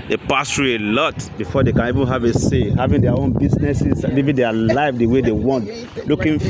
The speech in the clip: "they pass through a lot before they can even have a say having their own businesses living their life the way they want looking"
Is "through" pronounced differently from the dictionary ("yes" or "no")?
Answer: yes